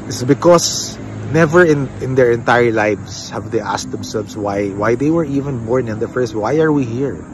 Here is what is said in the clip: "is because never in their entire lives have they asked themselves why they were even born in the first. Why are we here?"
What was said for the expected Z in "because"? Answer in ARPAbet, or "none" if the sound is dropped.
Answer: S